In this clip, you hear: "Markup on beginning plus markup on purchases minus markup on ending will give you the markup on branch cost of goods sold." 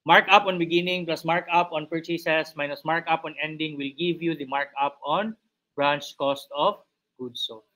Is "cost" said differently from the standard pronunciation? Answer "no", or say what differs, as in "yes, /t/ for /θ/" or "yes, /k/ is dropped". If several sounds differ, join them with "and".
no